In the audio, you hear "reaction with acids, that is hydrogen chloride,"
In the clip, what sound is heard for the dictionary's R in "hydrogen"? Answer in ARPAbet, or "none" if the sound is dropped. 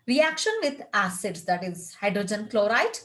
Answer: R